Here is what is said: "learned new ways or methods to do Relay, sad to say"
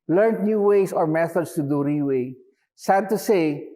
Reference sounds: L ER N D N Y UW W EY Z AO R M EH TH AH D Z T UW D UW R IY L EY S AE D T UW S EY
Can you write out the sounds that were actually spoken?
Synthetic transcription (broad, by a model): L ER N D N Y UW W EY S AO R M EH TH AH D S T UW D UW R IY W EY S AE D T UW S EY